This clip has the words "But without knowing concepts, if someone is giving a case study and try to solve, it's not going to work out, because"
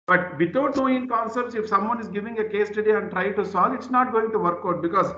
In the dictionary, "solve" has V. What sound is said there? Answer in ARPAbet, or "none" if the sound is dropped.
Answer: none